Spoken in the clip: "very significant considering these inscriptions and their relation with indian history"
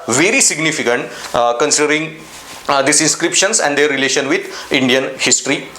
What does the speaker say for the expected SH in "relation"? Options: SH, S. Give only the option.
SH